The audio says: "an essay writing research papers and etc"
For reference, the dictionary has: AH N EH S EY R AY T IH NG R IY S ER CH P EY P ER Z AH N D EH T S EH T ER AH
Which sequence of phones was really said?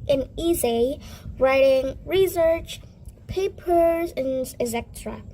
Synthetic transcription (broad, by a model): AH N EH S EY R AY T IH NG R IY S ER CH P EY P ER Z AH N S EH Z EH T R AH